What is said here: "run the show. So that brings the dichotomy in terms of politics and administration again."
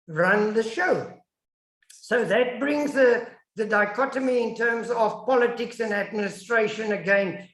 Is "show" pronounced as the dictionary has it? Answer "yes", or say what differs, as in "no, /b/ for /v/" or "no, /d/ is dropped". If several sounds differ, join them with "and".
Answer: yes